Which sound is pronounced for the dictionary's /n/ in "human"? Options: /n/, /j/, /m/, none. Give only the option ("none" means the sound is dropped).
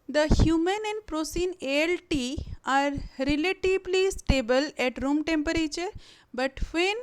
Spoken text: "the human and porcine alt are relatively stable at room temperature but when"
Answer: /n/